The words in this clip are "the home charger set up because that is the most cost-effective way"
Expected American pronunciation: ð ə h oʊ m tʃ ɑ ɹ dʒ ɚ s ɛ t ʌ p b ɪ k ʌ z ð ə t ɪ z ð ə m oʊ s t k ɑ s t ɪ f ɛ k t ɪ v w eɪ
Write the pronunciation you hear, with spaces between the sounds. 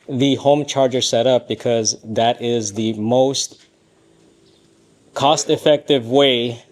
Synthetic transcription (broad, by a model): ð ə h oʊ m tʃ ɑ ɹ dʒ ɚ s ɛ t ʌ p b ɪ k ʌ z ð ə t ɪ z ð ə m oʊ s t k ɑ s t ɪ f ɛ k t ɪ v w eɪ